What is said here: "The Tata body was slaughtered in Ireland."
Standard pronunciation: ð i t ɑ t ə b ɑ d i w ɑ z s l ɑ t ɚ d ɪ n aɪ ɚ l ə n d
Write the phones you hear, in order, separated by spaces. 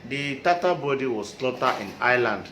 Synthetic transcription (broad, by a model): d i t ɑ t ə b ɑ d i w ɑ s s l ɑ t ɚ ɪ n aɪ l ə n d